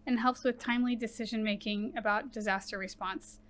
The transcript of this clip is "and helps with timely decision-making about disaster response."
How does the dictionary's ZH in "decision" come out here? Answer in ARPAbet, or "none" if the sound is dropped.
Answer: ZH